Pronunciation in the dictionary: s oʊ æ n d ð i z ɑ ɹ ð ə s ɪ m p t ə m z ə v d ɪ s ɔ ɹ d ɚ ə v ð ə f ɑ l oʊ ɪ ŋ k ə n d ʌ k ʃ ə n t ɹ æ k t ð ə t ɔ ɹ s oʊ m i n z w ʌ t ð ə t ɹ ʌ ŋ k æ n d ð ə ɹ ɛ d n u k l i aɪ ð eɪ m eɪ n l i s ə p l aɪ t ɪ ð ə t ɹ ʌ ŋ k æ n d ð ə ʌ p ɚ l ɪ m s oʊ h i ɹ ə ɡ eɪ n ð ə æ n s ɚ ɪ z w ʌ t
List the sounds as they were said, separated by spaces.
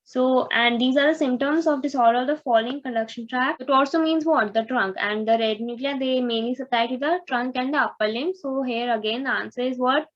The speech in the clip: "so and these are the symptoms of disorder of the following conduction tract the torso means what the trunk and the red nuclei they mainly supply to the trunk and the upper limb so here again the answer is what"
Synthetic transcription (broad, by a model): s oʊ æ n d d i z ɑ ɹ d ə s ɪ m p t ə m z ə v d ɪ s ɔ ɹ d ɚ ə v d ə f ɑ l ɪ ŋ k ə d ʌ k ʃ ə n t ɹ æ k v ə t ɔ l s oʊ m i n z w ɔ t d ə t ɹ ʌ ŋ k æ n d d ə ɹ ɛ d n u k l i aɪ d eɪ m eɪ n l i s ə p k t ɪ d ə t ɹ ʌ ŋ k æ n d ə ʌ p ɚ l ɪ m s oʊ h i ɹ ə ɡ eɪ n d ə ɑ n s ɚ ɪ z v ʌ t